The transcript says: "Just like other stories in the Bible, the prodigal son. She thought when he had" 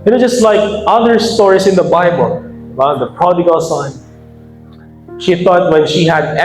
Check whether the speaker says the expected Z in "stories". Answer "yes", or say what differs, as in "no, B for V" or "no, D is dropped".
no, S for Z